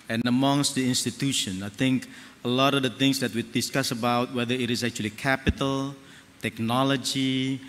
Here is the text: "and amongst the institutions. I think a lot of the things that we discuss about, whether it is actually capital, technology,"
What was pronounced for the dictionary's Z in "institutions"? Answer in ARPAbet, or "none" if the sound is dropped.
none